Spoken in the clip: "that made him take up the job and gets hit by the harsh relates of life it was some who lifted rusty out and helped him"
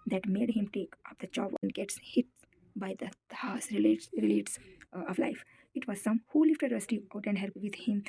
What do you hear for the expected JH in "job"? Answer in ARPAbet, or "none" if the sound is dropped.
CH